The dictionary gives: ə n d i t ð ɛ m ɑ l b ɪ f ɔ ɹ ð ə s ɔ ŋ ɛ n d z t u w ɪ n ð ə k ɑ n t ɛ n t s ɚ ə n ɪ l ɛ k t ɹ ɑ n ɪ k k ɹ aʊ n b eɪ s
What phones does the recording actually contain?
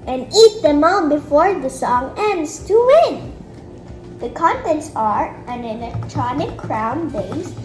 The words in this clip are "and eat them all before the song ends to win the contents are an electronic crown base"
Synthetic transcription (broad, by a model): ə n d i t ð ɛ m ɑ n b ɪ f ɔ ɹ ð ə s ɔ ŋ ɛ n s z t u w ɪ n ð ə k ɑ n t ɛ n t s ɚ ə n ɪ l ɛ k t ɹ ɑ n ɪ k k ɹ aʊ n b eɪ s